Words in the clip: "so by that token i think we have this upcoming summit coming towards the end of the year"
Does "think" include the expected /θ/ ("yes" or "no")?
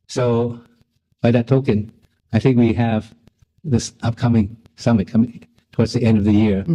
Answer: yes